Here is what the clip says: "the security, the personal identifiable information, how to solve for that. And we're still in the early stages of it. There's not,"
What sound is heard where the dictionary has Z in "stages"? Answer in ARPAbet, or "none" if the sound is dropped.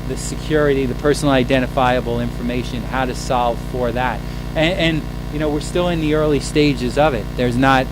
Z